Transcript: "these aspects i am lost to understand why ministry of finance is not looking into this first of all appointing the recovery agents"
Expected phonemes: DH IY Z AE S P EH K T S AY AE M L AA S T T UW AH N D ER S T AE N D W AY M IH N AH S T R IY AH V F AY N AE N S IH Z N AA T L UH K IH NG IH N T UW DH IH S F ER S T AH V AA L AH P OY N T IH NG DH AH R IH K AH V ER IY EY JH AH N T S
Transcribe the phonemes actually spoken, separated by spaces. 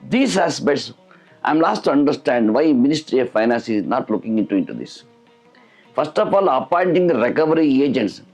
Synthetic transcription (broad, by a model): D IY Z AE S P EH T S AY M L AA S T T UW AH N D ER S T AE N D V AY M IH N AH S T R IY AH V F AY N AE N S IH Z N AA T L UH K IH NG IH N T UW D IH S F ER S T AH F AA L AH P OY N T IH NG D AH R IH K AH V ER IY EY JH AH N T S